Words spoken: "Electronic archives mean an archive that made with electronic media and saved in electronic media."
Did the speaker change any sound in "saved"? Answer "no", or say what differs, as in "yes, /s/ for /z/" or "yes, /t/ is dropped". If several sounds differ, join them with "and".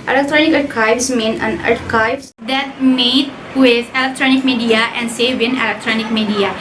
yes, /d/ is dropped